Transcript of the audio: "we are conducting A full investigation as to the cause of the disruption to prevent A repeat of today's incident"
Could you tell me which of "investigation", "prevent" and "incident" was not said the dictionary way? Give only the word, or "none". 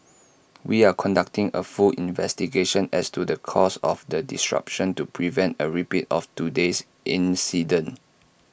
incident